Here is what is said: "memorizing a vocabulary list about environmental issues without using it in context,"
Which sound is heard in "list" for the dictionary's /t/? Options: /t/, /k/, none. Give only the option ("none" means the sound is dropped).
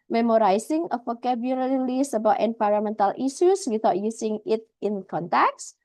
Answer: none